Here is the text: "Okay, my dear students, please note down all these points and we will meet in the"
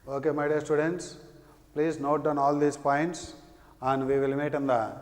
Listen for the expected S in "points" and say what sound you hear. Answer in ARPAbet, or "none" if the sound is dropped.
S